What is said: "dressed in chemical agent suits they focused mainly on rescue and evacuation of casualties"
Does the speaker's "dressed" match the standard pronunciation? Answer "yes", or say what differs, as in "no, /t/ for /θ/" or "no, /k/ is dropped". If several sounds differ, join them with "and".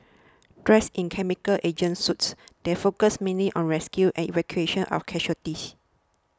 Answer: no, /t/ is dropped